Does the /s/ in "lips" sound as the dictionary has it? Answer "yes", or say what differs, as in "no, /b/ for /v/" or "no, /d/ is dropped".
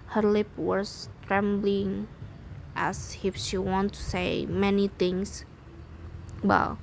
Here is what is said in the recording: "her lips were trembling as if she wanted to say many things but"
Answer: no, /s/ is dropped